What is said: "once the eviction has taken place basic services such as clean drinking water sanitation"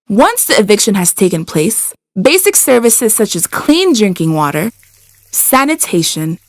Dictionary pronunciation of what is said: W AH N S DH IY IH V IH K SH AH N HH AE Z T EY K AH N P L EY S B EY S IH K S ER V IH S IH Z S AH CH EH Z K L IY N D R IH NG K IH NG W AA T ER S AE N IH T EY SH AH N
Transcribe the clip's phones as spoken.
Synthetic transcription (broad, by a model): W AH N S DH IY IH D IH K SH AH N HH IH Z T EY K AH N P L EY S B EY S IH K S ER V IH S IH Z S AH CH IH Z K L IY N D R IH NG K IH NG W AA T ER S AE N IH T EY SH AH N